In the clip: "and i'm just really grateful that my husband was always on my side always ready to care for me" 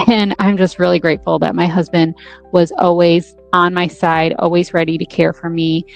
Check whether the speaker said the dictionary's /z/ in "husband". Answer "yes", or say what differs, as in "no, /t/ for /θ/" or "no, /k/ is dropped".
yes